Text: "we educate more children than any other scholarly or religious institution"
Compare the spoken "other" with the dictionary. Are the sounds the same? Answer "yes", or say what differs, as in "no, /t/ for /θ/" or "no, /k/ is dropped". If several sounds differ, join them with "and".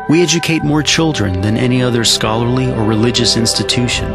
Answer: yes